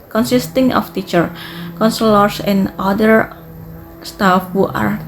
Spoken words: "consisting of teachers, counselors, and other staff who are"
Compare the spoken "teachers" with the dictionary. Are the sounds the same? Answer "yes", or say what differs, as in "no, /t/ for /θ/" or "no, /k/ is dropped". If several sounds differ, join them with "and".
no, /z/ is dropped